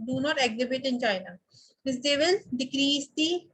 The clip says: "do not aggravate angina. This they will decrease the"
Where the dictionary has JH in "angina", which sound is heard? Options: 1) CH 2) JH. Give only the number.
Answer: 1